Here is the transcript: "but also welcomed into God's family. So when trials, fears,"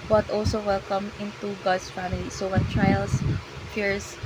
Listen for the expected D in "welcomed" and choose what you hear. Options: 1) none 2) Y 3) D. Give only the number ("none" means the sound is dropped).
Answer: 1